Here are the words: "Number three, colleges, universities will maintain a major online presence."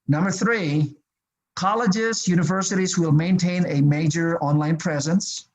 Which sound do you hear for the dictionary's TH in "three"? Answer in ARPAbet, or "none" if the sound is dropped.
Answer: TH